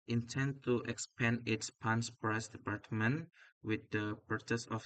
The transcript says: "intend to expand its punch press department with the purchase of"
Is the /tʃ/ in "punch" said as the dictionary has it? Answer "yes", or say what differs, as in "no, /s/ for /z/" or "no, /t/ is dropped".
no, /s/ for /tʃ/